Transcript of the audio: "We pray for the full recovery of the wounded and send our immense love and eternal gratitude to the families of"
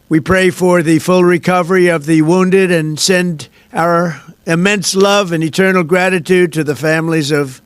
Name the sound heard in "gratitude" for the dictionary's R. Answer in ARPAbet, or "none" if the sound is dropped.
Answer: R